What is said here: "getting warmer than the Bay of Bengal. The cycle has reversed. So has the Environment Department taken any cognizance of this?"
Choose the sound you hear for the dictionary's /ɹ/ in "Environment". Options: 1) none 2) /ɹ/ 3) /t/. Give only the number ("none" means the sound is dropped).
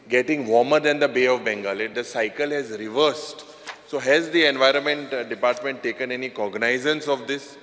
2